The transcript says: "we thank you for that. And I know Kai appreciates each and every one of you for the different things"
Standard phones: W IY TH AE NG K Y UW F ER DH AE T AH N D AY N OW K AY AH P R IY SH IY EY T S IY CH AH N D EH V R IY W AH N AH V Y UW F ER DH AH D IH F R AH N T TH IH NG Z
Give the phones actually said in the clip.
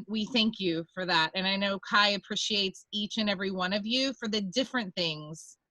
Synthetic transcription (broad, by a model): W IY TH AE NG K Y UW F ER DH AE T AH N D AY N OW K AY AH P R IY SH IY EY T S IY CH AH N EH V R IY W AH N AH V Y UW F ER DH AH D IH F R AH N TH IH NG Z